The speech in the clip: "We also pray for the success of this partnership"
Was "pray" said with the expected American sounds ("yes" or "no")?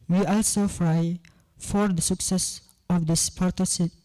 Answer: no